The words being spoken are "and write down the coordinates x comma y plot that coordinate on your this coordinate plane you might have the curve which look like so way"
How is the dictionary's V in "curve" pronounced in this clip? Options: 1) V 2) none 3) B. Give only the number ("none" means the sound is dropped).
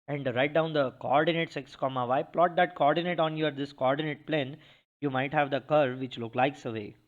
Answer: 1